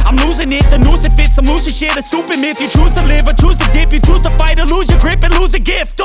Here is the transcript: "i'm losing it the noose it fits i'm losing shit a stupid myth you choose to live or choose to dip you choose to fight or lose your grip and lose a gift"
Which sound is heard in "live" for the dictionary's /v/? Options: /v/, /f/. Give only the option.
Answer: /v/